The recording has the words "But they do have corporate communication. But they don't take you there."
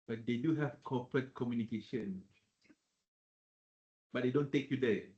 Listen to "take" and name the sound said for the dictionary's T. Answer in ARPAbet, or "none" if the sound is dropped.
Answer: T